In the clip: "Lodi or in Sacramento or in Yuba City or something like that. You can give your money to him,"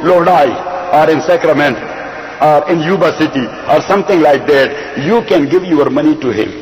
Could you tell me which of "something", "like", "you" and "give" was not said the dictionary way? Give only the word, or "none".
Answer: something